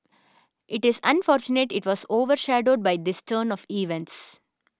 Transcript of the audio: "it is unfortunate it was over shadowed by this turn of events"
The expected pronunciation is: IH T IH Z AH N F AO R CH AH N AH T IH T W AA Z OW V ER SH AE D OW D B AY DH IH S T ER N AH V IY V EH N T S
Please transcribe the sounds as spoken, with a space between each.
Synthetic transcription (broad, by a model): IH T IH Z AH N F AO R CH AH N AH T IH T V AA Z OW V ER SH AE D OW D B AY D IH S T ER N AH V IY V EH N T S